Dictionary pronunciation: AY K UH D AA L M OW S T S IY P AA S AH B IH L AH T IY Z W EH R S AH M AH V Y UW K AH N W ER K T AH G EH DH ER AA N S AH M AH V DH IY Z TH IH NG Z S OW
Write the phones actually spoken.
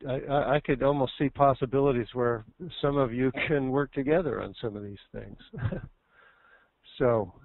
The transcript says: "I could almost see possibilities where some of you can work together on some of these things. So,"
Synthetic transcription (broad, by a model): AY K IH D AA L M OW S T S IY P AA S AH B IH L AH T IY Z W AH R S AH M AH V Y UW K AH N W ER K T AH G EH DH ER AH N S AH M AH V DH IY Z TH IH NG Z S OW